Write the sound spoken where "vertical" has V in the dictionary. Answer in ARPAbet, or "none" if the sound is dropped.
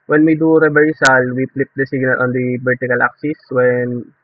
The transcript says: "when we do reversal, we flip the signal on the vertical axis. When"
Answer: B